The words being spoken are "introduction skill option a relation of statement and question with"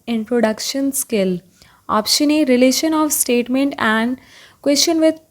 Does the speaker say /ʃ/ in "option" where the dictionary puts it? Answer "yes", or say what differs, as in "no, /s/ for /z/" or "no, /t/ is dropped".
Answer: yes